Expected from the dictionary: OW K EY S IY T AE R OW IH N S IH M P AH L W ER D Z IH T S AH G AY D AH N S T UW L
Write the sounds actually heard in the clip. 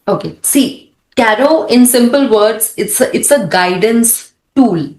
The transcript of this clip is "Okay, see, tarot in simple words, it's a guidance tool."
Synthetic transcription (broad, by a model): OW K EY S IY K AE R OW IH N S IH M P AH L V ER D S IH T S AH G AY D AH N S T UW L